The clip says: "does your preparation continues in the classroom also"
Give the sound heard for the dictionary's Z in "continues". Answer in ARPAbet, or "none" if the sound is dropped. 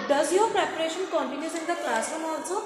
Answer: S